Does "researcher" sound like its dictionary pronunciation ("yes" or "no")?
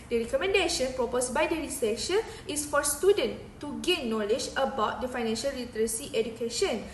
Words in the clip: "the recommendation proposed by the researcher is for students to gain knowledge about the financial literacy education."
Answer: no